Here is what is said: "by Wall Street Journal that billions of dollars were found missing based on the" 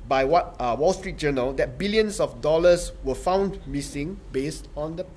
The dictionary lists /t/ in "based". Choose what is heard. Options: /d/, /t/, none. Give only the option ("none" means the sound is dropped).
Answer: /t/